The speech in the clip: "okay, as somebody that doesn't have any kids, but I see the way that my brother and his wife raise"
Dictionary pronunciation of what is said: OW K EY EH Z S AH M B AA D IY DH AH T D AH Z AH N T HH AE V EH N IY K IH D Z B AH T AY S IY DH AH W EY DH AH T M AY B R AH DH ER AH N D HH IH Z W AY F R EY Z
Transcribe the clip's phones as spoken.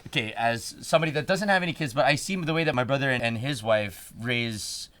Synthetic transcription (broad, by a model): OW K EY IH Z S AH M B AA D IY DH AH T D AH Z AH N T HH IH V EH N IY K IH D Z B AH T AY S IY DH AH W EY DH AH T M AY B R AH DH ER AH N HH IH Z W AY F R EY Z